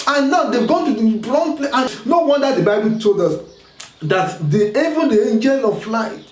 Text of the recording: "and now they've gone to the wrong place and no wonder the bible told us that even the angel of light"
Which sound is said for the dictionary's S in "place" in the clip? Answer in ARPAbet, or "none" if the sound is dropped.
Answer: none